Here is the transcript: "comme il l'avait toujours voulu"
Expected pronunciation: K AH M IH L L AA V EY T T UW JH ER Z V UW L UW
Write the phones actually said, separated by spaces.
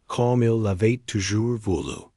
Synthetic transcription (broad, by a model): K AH M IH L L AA V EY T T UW ZH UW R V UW L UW